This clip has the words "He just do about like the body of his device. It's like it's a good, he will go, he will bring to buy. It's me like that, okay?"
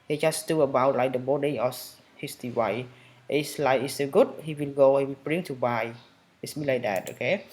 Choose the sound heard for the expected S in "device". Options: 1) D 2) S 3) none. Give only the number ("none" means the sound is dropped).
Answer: 3